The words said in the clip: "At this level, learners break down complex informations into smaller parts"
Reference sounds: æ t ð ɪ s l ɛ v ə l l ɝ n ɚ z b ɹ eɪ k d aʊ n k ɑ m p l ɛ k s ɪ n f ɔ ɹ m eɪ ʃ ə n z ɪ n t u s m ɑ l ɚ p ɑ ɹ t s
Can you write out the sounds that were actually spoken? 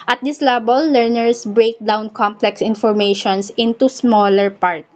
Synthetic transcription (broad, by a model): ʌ t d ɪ s l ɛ b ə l l ɝ n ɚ s b ɹ eɪ k d aʊ n k ɑ m p l ɛ k s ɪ n f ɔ ɹ m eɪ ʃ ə n s ɪ n t u s m ɑ l ɚ p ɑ ɹ t